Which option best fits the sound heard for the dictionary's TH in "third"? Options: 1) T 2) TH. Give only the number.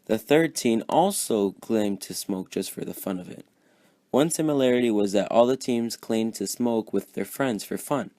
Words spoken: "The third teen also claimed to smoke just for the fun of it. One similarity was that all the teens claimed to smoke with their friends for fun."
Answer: 2